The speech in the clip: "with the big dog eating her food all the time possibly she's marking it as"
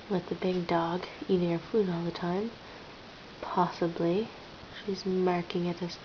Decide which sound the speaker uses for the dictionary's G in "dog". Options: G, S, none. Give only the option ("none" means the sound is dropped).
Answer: G